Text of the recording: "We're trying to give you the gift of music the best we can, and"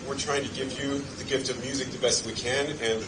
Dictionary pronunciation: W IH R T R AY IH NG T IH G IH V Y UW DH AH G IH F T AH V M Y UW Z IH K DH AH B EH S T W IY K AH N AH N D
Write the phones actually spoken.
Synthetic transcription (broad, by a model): W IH R T R AY IH NG T IH G IH V Y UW DH AH G IH F T AH V M Y UW Z IH K DH AH B EH S T W IY K AH N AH N